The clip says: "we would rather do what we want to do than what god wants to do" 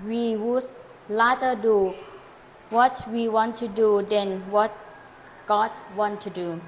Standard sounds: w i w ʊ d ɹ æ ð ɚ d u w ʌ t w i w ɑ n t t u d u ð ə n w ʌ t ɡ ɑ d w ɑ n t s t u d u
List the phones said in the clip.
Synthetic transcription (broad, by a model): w i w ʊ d l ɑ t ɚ d u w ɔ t w i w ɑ n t t u d u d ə n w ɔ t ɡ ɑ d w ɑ n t t u d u